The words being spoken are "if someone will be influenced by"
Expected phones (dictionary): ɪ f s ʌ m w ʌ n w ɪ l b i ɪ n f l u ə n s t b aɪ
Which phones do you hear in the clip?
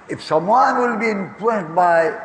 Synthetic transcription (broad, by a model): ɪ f s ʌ m w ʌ n w ɪ l b i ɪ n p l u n t b aɪ